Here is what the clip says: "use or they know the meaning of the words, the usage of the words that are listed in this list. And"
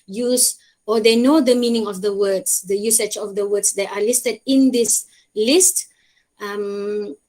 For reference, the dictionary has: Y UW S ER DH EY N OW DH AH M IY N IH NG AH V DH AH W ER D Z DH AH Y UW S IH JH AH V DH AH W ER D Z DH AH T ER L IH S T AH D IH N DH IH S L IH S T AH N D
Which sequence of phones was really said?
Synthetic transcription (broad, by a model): Y UW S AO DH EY N OW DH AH M IY N IH NG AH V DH AH W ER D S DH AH Y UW S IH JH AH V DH AH W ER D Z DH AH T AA L IH S T AH D IH N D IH S L IH S T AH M